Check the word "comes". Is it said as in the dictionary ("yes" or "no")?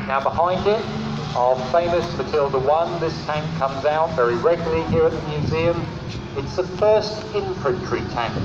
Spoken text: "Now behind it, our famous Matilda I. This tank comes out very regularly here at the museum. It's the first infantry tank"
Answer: yes